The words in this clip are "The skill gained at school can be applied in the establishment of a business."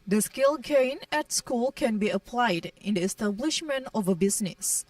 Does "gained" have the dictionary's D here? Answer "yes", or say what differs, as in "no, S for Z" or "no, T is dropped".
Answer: no, D is dropped